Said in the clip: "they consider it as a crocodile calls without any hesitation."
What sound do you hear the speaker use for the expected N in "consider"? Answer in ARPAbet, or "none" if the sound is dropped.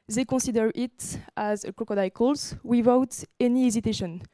none